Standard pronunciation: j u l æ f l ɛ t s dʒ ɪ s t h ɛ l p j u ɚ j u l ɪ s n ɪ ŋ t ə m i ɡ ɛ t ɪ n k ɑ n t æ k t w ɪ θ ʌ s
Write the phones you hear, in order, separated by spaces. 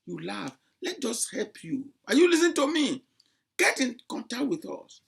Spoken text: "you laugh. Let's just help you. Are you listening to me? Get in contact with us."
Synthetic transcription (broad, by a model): j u l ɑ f l ɛ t dʒ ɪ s h ɛ l p j u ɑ j u l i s ɪ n t ə m i ɡ ɛ t ɪ n k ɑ n t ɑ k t w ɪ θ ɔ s